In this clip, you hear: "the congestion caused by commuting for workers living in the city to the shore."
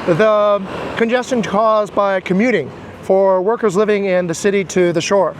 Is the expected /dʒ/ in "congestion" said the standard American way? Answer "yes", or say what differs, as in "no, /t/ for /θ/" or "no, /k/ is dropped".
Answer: yes